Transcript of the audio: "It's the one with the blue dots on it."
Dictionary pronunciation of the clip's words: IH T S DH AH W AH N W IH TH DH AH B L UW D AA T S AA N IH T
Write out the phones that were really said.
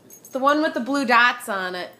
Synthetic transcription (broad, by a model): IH T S DH AH W AH N W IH DH AH B L UW D AA T S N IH T